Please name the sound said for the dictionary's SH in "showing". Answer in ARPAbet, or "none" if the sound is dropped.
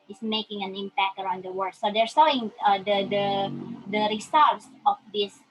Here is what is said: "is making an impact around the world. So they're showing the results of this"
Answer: S